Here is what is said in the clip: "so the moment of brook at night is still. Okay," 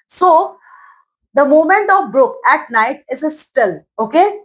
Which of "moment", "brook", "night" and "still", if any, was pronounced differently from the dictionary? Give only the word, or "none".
none